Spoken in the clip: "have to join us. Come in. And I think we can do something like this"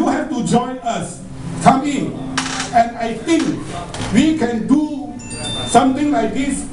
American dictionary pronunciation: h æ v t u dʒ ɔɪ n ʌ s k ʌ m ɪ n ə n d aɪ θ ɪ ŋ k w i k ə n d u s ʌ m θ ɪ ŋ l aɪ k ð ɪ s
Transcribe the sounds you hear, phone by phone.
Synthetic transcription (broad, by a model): h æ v t u dʒ ɔɪ n ʌ s k ʌ m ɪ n ə n d aɪ t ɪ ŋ k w i k ə n d u s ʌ m t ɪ ŋ l aɪ k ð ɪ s